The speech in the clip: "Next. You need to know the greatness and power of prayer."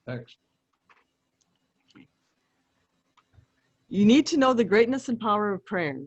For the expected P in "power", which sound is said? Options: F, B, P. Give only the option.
P